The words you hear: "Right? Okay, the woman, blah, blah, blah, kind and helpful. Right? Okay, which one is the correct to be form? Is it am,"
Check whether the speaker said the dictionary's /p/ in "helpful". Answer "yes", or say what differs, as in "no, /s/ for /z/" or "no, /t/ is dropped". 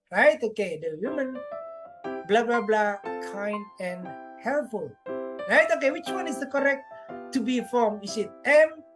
no, /p/ is dropped